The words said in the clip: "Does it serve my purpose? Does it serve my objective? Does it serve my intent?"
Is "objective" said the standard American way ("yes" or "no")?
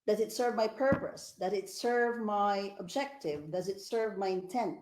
yes